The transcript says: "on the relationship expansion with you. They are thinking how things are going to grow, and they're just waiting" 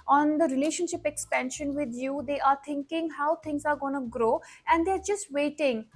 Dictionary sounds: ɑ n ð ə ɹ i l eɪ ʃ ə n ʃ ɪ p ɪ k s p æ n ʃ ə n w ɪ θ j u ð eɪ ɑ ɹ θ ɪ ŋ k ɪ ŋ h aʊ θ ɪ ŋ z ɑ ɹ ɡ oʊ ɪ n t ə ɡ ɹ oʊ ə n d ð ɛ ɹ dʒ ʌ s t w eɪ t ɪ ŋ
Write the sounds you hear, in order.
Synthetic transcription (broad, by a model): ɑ n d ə ɹ i l eɪ ʃ ə n ʃ ɪ p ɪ k s p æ n ʃ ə n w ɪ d j u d eɪ ɑ ɹ t ɪ ŋ k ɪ ŋ h aʊ t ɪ ŋ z ɑ ɹ ɡ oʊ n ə ɡ ɹ oʊ ə n d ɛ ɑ ɹ dʒ ʌ s t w eɪ t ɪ ŋ